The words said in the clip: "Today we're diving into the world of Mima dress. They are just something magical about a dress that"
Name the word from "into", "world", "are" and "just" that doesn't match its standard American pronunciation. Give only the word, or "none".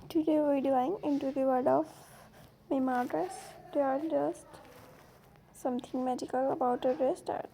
world